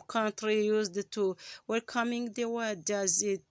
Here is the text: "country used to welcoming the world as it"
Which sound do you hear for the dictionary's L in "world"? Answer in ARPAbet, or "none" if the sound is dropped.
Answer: none